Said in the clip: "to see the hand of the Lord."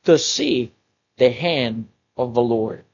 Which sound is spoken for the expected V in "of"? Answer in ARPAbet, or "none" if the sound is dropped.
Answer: V